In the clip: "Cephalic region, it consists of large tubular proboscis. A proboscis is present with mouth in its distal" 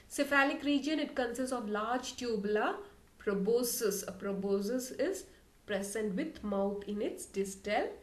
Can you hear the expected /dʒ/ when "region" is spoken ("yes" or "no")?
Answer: yes